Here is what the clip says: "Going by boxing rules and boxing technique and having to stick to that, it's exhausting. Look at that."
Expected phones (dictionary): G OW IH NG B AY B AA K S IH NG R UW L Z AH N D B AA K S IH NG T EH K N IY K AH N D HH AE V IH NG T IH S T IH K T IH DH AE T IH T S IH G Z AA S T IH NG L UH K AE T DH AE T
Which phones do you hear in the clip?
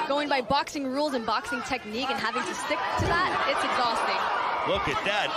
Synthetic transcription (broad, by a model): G OW IH NG B AY B AA K S IH NG R UW L Z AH N B AA K S IH NG T EH K N IY K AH N HH AE V IH NG T IH S T IH K T IH DH AE T IH T S IH G Z AA S T IH NG W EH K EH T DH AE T